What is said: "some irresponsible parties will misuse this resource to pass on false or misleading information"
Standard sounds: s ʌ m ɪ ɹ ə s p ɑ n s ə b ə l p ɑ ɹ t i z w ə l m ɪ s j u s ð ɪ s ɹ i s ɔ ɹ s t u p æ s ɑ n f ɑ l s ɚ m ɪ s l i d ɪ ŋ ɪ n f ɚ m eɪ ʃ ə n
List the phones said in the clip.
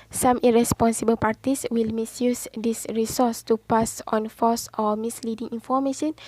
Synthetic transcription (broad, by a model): s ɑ m ɪ ɹ ə s p ɑ n s ə b ə l p ɑ ɹ t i s w ə l m ɪ s j u s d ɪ s ɹ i s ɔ s t u p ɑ s ɑ n f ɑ s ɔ m ɪ s l i d ɪ ŋ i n f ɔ m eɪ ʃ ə n